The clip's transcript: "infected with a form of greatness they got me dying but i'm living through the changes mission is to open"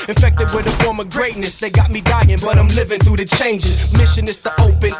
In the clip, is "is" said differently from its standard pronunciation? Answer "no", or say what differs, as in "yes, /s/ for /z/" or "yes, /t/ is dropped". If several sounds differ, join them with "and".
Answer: yes, /s/ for /z/